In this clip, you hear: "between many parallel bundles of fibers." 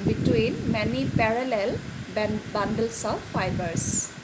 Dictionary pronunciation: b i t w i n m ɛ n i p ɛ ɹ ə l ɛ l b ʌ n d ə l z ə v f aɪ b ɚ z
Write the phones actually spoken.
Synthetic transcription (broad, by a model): b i t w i n m ɛ n i p ɛ ɹ ə l ɛ l b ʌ n d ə l s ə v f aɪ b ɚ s